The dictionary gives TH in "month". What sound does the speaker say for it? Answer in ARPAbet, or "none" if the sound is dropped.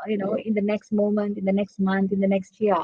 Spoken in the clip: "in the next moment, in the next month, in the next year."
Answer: T